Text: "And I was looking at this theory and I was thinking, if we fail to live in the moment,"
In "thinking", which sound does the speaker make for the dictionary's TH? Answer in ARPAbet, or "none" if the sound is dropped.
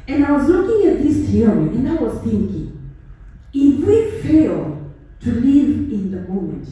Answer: TH